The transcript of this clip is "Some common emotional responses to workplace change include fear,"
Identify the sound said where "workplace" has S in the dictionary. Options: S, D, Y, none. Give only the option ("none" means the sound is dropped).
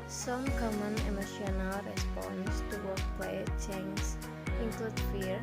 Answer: none